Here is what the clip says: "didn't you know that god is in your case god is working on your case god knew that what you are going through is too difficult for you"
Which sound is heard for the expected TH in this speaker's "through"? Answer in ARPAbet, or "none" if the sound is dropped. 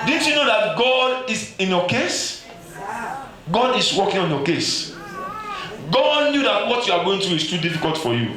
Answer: T